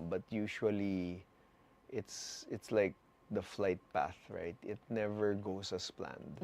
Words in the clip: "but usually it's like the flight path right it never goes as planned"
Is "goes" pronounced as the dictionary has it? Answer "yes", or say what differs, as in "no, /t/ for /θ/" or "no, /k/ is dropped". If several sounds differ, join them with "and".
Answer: no, /s/ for /z/